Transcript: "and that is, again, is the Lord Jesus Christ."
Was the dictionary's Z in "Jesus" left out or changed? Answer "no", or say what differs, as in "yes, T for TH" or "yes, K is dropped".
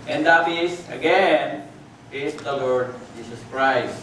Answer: yes, S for Z